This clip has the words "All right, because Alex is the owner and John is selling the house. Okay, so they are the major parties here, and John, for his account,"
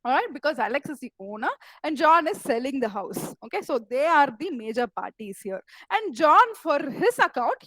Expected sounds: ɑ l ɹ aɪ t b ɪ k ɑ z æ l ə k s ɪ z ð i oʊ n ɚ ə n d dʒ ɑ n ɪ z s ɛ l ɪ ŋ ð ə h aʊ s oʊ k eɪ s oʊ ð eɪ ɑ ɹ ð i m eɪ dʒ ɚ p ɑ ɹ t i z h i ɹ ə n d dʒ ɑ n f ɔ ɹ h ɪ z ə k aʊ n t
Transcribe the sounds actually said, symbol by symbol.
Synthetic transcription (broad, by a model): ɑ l ɹ aɪ t b ɪ k ɑ z æ l ə k s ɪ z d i oʊ n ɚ ə n d dʒ ɑ n ɪ z s ɛ l ɪ ŋ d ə h aʊ s oʊ k eɪ s oʊ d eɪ ɑ ɹ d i m eɪ dʒ ɚ p ɑ ɹ t i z h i ɹ ə n d dʒ ɑ n f ɔ ɹ h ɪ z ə k aʊ n t